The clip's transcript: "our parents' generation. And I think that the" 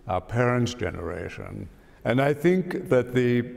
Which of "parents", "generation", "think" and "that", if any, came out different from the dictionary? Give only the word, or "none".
none